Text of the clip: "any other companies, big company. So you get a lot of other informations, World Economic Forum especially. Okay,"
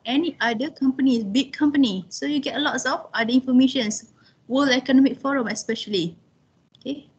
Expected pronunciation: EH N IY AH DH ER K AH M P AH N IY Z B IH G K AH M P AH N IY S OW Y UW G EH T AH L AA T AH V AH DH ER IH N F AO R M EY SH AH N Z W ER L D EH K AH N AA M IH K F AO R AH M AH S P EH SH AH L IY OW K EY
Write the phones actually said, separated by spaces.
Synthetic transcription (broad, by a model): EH N IY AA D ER K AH M P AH N IY S B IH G K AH M P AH N IY S OW Y UW G EH T AH L AA T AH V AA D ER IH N F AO M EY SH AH N S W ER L EH K AH N AA M IH K F AO R AH M AH S P EH SH AH L IY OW K EY